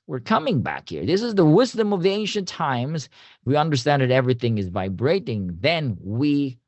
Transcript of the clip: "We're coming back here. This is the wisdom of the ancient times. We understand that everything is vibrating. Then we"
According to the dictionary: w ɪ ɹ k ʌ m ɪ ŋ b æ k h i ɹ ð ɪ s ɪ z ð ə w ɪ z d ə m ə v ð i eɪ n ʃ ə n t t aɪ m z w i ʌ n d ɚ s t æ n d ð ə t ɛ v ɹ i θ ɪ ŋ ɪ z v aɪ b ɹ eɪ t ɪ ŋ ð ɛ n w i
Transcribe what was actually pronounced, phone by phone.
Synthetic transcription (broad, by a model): w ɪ ɹ k ʌ m ɪ ŋ b æ k h i ɹ ð ɪ s ɪ z ð ə w ɪ z d ə m ə v ð i eɪ n ʃ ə n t t aɪ m z w i ʌ n d ɚ s t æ n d ð ə t ɛ v ɹ i θ ɪ ŋ ɪ z v aɪ b ɹ eɪ t ɪ ŋ ð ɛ n w i